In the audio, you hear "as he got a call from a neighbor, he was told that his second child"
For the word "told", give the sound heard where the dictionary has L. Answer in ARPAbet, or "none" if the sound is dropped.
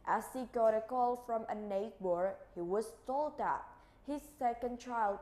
L